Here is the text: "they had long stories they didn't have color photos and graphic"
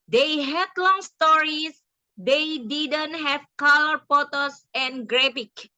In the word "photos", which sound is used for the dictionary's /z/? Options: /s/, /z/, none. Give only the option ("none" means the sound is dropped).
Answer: /s/